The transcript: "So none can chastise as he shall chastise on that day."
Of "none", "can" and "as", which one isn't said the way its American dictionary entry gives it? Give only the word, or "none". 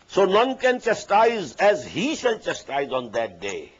none